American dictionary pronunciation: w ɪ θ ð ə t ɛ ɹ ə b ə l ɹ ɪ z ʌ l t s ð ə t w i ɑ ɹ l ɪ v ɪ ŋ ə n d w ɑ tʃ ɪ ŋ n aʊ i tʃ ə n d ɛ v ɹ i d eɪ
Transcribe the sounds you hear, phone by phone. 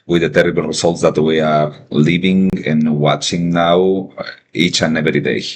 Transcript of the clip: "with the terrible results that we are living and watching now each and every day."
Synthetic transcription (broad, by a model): w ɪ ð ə t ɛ ɹ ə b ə l ɹ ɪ s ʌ l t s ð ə t w i ɑ ɹ l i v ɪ ŋ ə n w ɑ tʃ ɪ ŋ n aʊ i tʃ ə n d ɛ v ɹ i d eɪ